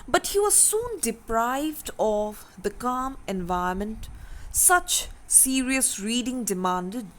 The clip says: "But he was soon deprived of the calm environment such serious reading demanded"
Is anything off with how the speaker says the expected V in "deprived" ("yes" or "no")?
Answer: no